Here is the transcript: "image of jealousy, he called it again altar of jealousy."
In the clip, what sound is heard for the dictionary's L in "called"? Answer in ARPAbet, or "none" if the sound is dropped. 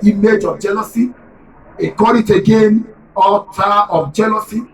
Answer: none